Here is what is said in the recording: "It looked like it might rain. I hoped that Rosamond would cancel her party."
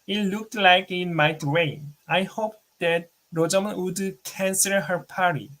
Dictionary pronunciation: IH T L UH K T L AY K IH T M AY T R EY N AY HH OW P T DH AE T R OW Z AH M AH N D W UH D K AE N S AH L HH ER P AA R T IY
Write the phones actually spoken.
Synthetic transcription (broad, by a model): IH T L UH K T L AY K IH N M AY T W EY AY HH OW P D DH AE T R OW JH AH M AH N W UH D K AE N S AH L HH ER P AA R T IY